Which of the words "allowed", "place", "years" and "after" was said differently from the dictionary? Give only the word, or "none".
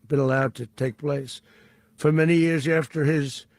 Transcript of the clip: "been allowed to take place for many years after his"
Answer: none